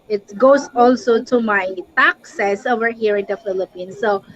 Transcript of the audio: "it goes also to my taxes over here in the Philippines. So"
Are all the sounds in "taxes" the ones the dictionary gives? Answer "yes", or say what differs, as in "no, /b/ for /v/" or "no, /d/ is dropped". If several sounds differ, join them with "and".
no, /s/ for /z/